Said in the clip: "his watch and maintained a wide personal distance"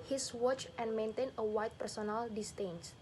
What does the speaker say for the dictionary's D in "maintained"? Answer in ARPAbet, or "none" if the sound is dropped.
none